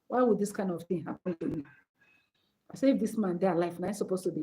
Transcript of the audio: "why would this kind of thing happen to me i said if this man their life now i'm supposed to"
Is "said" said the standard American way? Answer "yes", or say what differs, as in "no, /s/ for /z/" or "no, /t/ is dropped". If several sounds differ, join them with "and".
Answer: no, /d/ is dropped